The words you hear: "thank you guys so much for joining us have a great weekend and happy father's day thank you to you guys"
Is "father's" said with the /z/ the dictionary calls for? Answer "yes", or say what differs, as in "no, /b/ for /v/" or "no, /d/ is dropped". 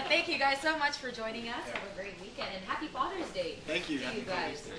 yes